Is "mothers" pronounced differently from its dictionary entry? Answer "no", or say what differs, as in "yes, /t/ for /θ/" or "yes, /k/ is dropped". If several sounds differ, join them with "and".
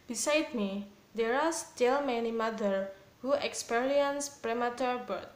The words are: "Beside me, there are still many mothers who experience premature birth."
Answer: yes, /z/ is dropped